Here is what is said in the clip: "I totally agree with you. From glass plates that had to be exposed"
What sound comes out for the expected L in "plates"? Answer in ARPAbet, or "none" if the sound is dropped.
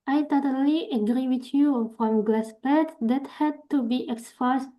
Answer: none